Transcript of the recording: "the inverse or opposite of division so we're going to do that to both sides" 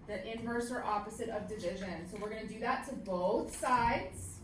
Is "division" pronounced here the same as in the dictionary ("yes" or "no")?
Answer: yes